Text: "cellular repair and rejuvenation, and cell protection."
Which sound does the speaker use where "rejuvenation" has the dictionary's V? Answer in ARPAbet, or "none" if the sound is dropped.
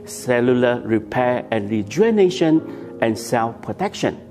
none